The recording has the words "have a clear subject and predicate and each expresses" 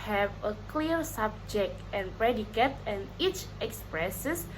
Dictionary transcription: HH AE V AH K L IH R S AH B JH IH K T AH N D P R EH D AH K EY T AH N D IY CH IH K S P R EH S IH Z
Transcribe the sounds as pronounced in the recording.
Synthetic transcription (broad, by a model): HH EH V AH K L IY R S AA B JH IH K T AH N P R EH D AH K EY T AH N IY CH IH K S P R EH S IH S